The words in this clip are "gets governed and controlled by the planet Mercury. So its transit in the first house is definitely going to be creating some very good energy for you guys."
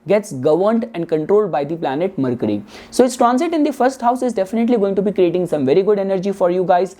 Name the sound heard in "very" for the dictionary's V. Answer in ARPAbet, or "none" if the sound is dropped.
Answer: V